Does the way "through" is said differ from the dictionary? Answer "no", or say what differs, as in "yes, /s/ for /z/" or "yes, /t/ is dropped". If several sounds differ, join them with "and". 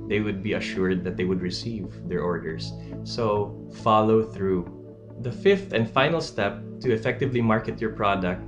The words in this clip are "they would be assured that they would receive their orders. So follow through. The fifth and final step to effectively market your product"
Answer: no